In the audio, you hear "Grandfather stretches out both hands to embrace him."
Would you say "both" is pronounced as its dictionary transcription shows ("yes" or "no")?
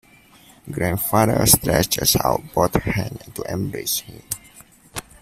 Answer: no